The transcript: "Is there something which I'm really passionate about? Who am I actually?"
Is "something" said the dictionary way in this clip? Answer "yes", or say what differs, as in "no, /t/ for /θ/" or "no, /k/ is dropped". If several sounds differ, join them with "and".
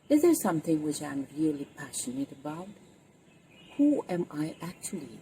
yes